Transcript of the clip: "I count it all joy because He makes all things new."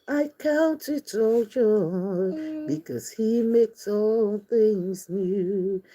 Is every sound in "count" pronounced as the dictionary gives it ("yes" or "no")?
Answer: yes